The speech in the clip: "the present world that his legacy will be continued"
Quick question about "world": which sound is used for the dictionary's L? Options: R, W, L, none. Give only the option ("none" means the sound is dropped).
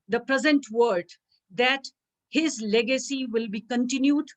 none